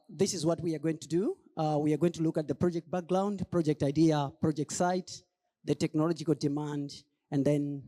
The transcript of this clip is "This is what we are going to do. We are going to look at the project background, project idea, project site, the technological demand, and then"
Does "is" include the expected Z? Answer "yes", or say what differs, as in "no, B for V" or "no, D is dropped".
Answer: yes